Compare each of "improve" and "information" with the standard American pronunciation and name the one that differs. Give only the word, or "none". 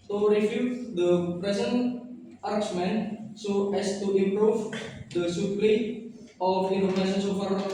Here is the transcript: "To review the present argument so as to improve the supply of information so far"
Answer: information